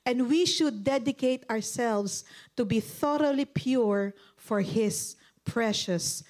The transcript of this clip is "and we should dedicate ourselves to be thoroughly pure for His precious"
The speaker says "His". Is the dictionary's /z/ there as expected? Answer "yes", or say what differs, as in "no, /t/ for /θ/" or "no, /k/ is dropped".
no, /s/ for /z/